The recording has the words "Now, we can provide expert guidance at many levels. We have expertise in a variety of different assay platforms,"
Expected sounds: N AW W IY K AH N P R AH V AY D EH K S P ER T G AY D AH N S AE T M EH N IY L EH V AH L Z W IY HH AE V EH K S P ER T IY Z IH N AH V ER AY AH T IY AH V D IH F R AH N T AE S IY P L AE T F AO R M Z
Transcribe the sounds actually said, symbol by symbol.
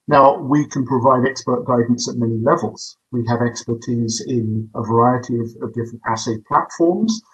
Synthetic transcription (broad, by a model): N AW W IY K AH N P R AH V AY D EH K S P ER T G AY D N S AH T M EH N IY L EH V AH L Z W IY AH V EH K S P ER T IY Z IH N AH V ER AY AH T IY AH V D IH F R AH N T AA S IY P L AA T F AO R M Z